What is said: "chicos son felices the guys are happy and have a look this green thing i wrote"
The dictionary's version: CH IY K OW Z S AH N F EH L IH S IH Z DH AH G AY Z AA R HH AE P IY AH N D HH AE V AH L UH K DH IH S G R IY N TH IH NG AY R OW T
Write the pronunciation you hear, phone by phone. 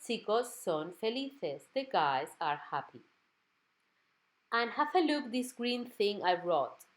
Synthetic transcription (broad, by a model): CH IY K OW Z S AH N F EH L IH TH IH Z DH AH G AY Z AA R HH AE P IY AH N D HH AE F AH L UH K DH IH S G R IY N TH IH NG AY R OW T